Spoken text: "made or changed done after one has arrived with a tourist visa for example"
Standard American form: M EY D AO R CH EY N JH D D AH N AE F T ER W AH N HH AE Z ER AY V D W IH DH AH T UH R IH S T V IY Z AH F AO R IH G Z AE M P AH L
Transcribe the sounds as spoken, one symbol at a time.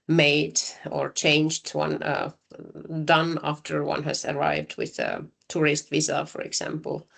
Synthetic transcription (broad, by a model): M EY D AO R CH EY N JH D D AH N AE F T ER W AH N HH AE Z ER AY V D W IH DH AH T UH R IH S T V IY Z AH F AO R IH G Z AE M P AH L